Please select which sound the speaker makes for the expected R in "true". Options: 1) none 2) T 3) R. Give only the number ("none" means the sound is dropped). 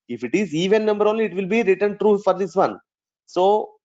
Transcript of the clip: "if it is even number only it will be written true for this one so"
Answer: 3